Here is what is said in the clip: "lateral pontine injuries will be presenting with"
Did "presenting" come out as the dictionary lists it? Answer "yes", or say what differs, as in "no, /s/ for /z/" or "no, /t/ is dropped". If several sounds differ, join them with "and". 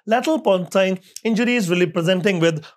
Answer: yes